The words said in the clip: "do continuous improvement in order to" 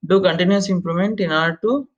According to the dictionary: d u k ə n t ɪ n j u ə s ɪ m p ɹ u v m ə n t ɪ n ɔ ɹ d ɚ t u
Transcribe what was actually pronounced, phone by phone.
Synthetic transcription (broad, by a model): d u k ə n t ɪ n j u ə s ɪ m p l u m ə n t ɪ n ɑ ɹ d t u